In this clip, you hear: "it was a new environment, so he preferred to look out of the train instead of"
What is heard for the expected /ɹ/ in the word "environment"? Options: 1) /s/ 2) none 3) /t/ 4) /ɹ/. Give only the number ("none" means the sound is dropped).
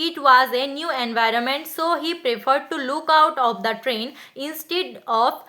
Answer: 4